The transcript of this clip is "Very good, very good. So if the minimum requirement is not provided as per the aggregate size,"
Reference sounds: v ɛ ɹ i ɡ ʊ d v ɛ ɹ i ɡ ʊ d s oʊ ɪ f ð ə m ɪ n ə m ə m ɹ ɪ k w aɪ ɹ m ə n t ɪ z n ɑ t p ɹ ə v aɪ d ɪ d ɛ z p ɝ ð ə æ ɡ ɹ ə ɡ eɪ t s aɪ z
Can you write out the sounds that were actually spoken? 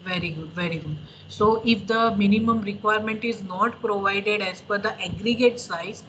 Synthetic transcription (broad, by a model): v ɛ ɹ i ɡ ʊ d v ɛ ɹ i ɡ ʊ d s oʊ ɪ f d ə m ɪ n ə m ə m ɹ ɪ k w aɪ ɹ m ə n t ɪ z n ɑ t p ɹ ə v aɪ d ɪ d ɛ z f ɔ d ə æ ɡ ɹ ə ɡ eɪ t s aɪ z